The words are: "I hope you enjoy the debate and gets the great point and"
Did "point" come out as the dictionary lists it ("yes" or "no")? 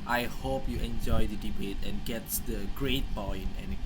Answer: no